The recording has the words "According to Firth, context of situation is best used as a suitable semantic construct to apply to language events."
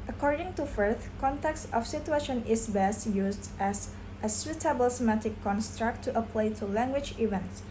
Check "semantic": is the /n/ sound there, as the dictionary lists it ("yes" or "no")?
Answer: no